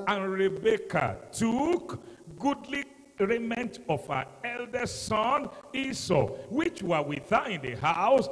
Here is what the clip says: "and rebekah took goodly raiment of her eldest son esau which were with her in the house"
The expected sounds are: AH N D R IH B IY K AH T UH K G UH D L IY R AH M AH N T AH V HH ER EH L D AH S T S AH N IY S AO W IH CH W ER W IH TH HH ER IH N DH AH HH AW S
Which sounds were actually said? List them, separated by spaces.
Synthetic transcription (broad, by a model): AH N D R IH B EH K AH T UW K G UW D L IY R AH M AH N T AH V HH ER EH L D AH S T S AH N IY S AO W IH CH W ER W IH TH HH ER IH N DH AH HH AW S